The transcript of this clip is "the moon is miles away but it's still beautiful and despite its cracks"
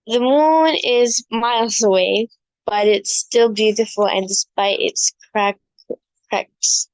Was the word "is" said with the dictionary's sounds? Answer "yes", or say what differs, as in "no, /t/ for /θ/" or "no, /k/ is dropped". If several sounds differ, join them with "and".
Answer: yes